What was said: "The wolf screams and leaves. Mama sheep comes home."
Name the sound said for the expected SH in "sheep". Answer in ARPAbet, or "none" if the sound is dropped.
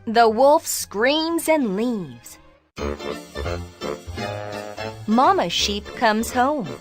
SH